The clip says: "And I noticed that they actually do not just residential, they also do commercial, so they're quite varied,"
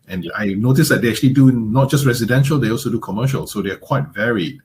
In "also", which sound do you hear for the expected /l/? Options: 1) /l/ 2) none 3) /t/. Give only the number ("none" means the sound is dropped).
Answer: 1